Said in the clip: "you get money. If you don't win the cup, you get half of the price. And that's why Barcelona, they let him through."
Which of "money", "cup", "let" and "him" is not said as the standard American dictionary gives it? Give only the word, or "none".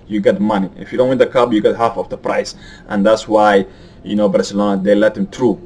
cup